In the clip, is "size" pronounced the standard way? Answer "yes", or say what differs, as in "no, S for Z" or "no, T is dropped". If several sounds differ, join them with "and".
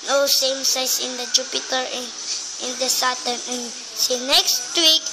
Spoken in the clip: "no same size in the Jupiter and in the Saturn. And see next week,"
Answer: no, S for Z